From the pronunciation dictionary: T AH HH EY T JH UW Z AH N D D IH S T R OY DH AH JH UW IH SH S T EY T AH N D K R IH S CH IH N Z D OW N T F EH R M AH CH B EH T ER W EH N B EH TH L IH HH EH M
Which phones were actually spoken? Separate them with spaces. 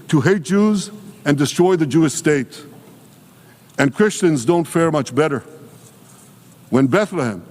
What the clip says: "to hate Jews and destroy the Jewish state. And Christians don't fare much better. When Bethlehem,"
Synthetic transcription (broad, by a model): T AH HH EY T JH UW Z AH N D D IH S T R OY DH AH JH UW IH SH S T EY T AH N K R IH S CH IH N Z D OW N T F EH R M AH CH B EH T ER W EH N B EH TH L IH HH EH M